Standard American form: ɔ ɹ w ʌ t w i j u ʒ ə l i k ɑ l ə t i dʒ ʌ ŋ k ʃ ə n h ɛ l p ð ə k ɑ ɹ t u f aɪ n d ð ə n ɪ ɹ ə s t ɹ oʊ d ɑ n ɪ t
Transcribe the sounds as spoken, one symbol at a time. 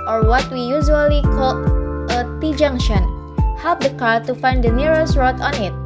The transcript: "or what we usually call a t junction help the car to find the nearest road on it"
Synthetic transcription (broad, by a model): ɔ ɹ w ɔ t w i j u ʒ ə l i k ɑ l ə t i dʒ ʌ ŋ ʃ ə n h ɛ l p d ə k ɑ ɹ t u f aɪ n d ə n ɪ ɹ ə s ɹ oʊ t ɑ n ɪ t